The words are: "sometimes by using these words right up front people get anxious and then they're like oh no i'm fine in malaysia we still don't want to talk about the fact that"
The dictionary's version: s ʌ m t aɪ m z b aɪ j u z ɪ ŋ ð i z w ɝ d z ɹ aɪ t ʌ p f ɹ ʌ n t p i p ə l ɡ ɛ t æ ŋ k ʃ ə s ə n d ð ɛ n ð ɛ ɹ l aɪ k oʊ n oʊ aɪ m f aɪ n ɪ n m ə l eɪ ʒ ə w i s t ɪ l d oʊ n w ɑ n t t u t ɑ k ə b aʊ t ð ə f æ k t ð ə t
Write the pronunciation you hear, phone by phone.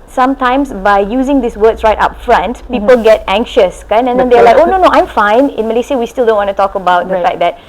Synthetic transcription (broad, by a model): s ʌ m t aɪ m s b aɪ j u z ɪ ŋ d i s w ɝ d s ɹ aɪ t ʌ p f ɹ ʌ n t p i p ə l ɡ ɛ t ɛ ŋ k ʃ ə s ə n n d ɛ n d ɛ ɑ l aɪ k oʊ n oʊ aɪ m f aɪ n ɪ n m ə l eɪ s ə w i s t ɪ l d oʊ n w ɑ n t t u t ɑ k ə b aʊ t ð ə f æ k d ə t